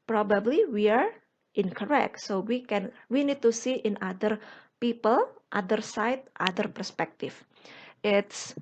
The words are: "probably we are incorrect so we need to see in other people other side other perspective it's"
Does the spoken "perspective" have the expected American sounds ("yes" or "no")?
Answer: no